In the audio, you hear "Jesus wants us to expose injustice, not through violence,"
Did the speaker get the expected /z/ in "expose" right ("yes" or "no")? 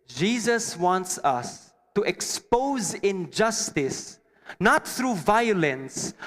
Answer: yes